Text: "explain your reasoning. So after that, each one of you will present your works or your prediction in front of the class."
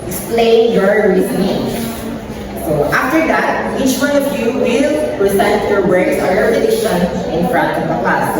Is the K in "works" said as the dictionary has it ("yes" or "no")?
no